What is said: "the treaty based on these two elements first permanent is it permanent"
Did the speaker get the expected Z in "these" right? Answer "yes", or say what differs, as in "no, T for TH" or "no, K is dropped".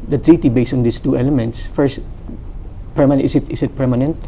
no, S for Z